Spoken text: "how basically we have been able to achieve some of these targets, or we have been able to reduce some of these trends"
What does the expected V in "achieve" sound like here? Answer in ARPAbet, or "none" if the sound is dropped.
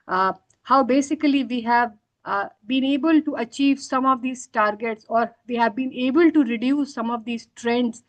V